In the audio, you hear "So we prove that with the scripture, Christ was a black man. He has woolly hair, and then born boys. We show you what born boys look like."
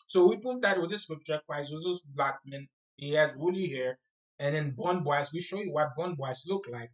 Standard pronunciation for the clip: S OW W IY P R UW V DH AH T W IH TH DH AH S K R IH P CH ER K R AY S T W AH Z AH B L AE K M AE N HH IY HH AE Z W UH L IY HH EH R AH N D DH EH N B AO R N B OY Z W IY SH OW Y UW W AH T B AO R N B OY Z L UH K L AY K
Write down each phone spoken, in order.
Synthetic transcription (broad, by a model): S OW W IY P UW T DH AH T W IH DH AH S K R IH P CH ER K W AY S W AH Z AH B L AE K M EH N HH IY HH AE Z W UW L IY HH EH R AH N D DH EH N B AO N B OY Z W IY SH OW Y UW W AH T B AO N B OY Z L UH K L AY K